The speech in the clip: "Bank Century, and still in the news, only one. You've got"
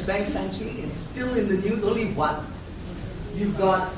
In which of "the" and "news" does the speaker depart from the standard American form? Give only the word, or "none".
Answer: none